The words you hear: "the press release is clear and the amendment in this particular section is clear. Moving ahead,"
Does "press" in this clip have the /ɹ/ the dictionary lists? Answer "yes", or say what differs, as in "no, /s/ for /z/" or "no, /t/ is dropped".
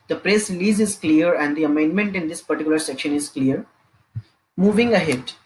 yes